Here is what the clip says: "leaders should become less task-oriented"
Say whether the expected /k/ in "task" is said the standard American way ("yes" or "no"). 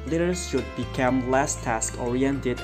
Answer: yes